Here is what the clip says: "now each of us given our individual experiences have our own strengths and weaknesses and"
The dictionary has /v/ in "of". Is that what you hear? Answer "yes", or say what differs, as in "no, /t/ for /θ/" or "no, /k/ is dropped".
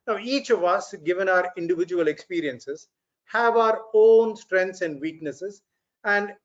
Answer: yes